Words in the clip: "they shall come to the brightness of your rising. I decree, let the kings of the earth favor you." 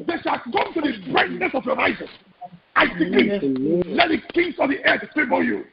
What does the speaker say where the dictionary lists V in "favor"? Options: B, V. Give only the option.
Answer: B